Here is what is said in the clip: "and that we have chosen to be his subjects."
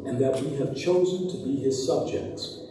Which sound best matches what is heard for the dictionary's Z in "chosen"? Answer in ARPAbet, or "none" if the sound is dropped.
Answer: Z